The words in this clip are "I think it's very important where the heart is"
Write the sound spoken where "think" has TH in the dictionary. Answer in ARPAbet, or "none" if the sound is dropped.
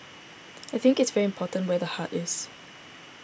TH